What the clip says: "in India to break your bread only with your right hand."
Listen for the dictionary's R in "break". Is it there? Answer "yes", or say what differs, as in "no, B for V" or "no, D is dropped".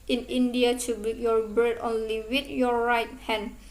no, R is dropped